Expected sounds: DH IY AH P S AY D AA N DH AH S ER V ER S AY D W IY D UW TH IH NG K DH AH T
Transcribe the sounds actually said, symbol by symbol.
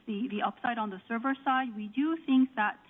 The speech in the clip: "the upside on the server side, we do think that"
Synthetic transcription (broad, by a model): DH IY AH P S AY D N DH AH S ER V ER S AY D W IY D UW TH IH NG K DH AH T